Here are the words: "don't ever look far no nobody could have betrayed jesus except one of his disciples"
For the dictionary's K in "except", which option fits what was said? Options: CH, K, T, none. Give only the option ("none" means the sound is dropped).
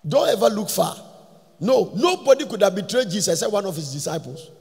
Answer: none